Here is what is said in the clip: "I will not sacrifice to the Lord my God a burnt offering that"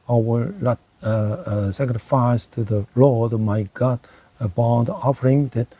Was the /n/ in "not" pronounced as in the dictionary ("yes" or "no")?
no